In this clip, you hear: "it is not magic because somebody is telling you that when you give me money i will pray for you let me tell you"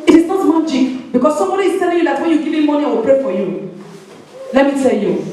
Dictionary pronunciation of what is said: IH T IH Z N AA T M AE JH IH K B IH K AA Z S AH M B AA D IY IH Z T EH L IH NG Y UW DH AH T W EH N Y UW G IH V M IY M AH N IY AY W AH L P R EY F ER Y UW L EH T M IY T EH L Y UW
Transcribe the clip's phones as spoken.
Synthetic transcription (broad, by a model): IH T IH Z N AA T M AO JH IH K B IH K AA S S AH M B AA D IY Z T EH L IH NG Y UW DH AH T W EH N Y UW G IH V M M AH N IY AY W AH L P R EY F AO Y UW L EH T M IY T EH L Y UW